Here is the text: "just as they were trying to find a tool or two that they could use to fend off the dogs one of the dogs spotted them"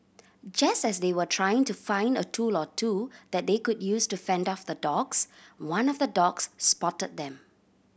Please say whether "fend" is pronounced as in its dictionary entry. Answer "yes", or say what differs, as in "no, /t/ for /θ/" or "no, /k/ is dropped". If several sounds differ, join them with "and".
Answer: yes